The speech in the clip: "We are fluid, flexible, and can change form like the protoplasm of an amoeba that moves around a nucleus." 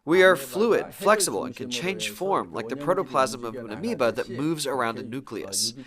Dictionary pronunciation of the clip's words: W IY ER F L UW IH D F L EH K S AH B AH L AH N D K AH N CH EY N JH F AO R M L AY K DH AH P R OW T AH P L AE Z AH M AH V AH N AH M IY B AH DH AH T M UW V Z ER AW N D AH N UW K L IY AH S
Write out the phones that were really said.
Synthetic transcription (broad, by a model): W IY ER F L UW IH D F L EH K S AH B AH L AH N K AH N CH EY N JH F AO R M L AY K DH AH P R OW T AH P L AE Z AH M AH V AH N AH M IY B AH DH AH T M UW V Z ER AW N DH AH N UW K L IY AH S